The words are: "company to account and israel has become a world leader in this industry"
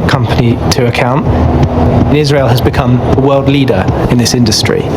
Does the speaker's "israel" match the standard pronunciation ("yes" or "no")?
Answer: yes